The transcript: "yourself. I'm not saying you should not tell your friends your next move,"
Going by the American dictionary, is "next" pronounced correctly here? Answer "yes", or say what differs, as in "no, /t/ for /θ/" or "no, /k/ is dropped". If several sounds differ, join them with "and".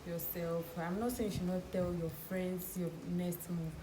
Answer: no, /k/ is dropped